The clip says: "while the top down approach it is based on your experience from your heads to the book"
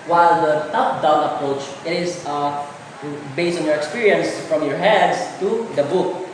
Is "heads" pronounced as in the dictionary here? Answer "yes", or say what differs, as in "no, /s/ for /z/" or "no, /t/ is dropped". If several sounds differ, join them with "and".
no, /s/ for /z/